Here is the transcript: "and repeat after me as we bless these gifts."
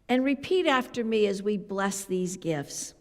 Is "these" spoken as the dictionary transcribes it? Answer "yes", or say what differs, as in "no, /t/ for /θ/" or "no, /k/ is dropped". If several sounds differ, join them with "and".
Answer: yes